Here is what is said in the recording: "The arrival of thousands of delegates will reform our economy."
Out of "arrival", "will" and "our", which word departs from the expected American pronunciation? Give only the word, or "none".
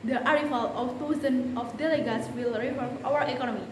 arrival